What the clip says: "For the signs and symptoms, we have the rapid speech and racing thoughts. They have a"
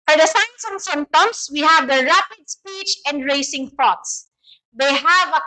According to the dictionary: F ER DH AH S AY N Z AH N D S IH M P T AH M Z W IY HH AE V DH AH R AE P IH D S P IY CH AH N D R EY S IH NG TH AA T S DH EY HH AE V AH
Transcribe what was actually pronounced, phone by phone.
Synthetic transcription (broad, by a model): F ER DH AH S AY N S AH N S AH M T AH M S W IY HH AE V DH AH R AE P IH D S P IY CH AH N D R EY S IH NG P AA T S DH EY HH AE V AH